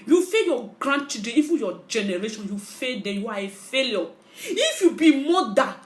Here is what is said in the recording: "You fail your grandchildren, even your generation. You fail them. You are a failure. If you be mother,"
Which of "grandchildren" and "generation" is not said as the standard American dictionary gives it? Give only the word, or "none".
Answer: grandchildren